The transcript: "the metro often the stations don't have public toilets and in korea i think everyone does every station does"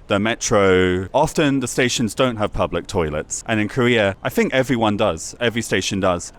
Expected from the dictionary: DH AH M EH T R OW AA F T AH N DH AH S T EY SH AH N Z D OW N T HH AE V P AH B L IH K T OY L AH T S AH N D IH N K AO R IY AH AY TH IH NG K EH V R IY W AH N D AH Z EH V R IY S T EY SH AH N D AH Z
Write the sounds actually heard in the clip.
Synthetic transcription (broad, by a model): DH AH M EH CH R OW AA F T AH N DH AH S T EY SH AH N Z D OW N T HH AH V P AH B L IH K T OY L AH T S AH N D IH N K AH R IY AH AY TH IH NG K EH V R IY W AH N D AH Z EH V R IY S T EY SH AH N D AH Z